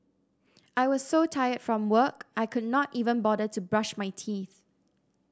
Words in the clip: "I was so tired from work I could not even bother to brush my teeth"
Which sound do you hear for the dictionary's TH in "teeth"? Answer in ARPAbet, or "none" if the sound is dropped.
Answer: TH